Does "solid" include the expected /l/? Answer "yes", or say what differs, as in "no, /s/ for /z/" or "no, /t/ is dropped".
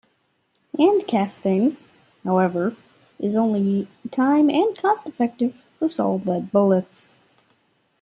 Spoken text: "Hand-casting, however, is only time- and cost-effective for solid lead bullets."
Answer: no, /l/ is dropped